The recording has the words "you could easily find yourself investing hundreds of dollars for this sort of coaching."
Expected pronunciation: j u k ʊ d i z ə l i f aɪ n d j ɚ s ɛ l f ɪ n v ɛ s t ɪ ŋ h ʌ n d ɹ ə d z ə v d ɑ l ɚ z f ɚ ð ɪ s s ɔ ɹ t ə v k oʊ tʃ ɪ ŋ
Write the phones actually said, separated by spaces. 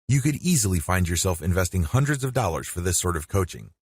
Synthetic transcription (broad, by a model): j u k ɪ d i z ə l i f aɪ n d j ɚ s ɛ l f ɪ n v ɛ s t ɪ ŋ h ʌ n d ɹ ə d z ə v d ɑ l ɚ z f ɚ ð ɪ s s ɔ ɹ t ə v k oʊ tʃ ɪ ŋ